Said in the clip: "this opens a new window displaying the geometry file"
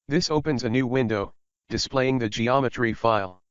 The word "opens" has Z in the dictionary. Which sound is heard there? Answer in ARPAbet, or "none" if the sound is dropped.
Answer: Z